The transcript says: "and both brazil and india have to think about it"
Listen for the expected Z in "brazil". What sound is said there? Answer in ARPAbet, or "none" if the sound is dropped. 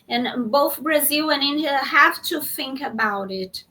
Z